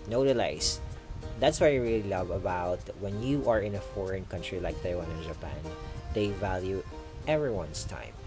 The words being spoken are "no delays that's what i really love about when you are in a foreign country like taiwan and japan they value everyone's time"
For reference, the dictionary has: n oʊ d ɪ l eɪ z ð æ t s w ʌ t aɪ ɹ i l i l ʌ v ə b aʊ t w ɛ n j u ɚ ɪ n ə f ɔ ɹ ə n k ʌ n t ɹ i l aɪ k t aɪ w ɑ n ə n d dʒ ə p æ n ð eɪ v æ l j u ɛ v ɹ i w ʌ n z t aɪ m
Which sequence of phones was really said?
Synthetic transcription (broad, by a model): n oʊ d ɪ l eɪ s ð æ t s w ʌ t aɪ ɹ i l i l ʌ v ə b aʊ t w ɛ n j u ɚ ɪ n ə f ɔ ɹ ə n k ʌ n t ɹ i l aɪ k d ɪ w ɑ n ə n dʒ ə p æ n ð eɪ v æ l j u ɛ v ɹ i w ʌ n s t aɪ m